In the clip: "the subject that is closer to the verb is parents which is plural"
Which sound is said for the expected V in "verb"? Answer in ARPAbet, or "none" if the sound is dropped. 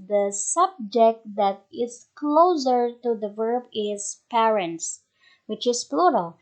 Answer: V